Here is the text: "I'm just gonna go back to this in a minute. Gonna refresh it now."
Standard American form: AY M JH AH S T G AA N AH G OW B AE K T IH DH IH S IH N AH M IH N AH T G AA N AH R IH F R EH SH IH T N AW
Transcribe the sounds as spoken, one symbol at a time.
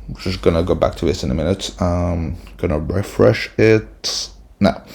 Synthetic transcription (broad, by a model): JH AH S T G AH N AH G OW B AE K T IH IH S IH N AH M IH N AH T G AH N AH R IH F R EH SH IH T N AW